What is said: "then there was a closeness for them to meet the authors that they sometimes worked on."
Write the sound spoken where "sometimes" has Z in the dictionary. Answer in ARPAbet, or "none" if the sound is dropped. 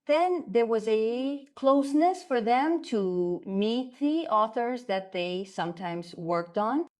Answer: Z